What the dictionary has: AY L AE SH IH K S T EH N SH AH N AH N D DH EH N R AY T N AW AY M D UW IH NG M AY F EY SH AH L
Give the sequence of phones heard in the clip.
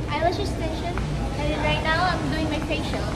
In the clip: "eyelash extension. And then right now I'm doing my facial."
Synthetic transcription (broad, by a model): AY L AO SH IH S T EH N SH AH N AH N D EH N R AY T N AW AY M D UW IH NG M AY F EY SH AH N